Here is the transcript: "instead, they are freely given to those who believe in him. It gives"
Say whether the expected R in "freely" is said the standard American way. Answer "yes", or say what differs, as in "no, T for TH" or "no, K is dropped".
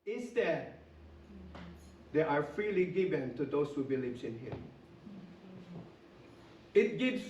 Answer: yes